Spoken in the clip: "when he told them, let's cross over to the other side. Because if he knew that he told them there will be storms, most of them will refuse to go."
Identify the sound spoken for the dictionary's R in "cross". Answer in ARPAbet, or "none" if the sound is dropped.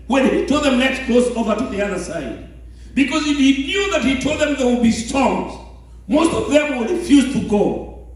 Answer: L